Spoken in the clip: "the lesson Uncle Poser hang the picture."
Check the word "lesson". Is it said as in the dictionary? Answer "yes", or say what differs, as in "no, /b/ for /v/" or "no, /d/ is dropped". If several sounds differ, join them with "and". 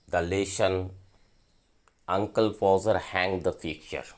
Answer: no, /ʃ/ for /s/